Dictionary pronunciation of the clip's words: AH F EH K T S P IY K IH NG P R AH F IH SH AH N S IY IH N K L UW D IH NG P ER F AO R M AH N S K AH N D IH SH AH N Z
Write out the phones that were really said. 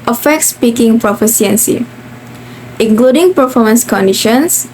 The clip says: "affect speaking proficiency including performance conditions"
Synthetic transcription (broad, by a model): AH F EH K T S P IY K IH NG P R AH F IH S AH N S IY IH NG K L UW D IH NG P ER F AO M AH N S K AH N D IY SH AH N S